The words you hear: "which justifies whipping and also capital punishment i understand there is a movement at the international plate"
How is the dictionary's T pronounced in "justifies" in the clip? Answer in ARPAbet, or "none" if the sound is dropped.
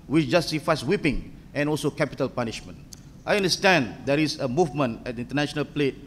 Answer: S